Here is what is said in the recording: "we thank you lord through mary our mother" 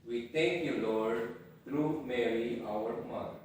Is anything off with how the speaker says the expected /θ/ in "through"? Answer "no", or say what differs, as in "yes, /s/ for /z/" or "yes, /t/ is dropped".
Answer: yes, /t/ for /θ/